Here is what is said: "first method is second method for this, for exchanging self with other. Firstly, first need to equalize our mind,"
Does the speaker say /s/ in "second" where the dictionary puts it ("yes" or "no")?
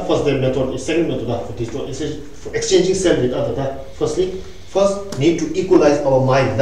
yes